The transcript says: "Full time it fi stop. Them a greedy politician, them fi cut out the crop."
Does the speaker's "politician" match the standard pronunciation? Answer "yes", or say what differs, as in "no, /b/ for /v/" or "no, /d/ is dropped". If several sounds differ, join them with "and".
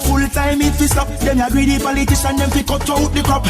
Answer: no, /s/ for /ʃ/